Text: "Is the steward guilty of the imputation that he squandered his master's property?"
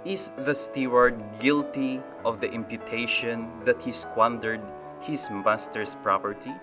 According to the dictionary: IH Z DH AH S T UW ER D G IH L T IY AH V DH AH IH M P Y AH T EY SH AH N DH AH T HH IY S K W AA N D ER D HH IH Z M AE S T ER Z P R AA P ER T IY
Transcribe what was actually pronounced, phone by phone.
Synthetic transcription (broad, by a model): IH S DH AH S T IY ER D G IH L T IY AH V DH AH IH M P Y AH T EY SH AH N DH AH T HH IY S K W AA N D ER D HH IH S M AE S T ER S P R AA P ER T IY